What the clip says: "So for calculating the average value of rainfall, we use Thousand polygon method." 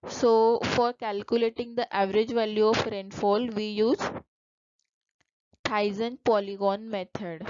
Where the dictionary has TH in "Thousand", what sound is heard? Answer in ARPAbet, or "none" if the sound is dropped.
T